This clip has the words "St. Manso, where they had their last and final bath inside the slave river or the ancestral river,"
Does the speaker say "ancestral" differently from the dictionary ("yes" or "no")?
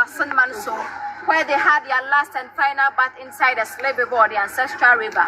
no